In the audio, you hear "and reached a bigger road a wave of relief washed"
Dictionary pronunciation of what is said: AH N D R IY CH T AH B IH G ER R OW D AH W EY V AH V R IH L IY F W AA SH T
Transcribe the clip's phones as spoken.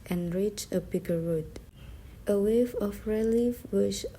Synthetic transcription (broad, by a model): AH N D R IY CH AH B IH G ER R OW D AH W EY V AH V R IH L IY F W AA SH